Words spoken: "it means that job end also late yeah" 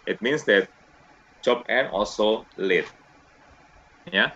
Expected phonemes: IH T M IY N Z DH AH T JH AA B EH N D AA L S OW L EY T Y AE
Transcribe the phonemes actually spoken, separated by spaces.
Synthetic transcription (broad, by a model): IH T M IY N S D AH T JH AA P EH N AA L S OW L EY T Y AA